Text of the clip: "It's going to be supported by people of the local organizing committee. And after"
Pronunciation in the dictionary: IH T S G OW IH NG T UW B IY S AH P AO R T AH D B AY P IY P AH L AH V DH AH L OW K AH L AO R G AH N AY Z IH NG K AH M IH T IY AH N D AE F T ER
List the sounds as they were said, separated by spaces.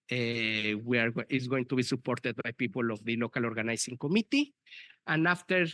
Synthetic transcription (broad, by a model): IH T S G OW IH NG T UW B IY S AH P AO R T AH D B AY P IY P AH L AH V DH AH L OW K AH L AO R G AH N AY S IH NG K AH M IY T IY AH N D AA F T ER